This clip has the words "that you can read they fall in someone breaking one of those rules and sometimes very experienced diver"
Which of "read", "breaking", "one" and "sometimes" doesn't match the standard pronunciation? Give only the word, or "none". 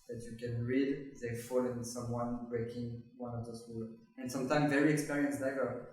sometimes